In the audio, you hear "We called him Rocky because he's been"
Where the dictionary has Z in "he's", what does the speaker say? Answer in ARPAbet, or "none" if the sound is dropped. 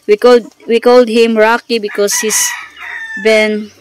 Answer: S